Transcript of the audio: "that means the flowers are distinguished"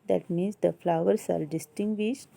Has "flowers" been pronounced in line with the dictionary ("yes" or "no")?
no